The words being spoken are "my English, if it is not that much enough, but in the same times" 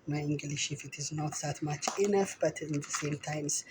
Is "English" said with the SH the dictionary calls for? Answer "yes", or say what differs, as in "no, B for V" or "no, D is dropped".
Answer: yes